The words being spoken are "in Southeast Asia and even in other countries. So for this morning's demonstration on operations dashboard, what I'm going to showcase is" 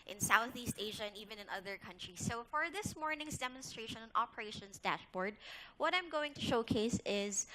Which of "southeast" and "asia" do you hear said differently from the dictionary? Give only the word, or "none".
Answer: none